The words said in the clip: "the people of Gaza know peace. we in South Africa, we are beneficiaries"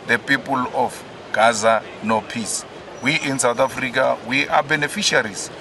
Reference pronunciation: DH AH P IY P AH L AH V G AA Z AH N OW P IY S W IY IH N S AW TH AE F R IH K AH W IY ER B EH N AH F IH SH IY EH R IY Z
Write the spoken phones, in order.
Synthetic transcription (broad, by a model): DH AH P IY P AH L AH F G AA Z AH N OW P IY S W IY IH N S AW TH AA F R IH K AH W IY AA B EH N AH F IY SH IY R IY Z